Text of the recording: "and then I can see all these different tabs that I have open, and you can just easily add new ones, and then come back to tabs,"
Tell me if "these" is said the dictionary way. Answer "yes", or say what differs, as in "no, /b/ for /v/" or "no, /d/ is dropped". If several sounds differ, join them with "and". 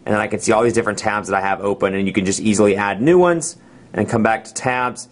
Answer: yes